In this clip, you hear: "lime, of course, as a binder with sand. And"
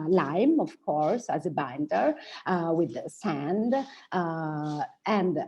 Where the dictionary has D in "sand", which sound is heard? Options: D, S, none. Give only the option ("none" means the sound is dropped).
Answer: D